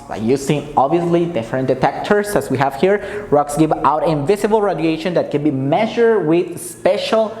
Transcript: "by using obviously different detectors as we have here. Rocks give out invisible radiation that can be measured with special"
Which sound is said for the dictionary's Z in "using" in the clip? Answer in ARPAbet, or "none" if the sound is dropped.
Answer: S